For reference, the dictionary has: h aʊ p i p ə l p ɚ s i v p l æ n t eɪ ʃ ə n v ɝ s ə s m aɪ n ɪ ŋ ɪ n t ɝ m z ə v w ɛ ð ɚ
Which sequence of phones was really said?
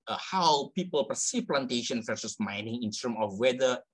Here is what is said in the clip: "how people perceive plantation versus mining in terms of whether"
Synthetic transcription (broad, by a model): h aʊ p i p ə l p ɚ s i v p l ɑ n t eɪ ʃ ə n f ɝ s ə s m aɪ n ɪ ŋ ɪ n t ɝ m ə f w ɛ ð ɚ